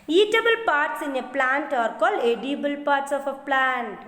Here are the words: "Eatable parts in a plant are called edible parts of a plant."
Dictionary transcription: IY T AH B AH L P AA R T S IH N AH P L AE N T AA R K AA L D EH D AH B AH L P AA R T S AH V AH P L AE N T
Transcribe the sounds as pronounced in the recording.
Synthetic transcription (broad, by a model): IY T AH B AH L P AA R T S IH N AH P L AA N T AA R K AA L EH D AH B AH L P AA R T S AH F AH P L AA N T